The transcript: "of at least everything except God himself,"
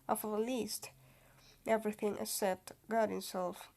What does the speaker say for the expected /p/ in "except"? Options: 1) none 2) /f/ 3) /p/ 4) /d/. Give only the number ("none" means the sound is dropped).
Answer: 1